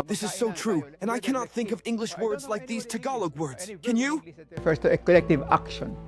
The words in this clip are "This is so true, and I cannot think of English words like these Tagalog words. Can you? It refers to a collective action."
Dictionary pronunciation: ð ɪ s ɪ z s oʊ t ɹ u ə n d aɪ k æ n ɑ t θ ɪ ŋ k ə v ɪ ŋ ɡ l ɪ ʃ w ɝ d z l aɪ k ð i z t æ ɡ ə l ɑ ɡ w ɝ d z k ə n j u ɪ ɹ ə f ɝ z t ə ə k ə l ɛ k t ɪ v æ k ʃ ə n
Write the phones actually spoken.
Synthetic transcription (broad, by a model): ð ɪ s ɪ z s oʊ t ɹ u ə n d aɪ k æ n ɑ t θ ɪ ŋ k ə v ɪ ŋ ɡ l ɪ ʃ w ɝ d z l aɪ k ð i z t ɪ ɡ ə l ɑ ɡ w ɝ d z k ə n j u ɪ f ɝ s t ə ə k ə l ɛ k t ɪ v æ k ʃ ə n